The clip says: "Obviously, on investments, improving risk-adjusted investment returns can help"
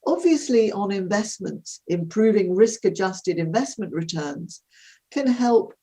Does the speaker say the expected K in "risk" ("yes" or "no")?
yes